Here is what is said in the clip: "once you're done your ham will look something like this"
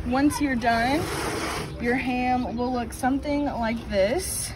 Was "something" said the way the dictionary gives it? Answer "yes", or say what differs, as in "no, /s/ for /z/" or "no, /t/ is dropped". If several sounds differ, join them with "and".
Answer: yes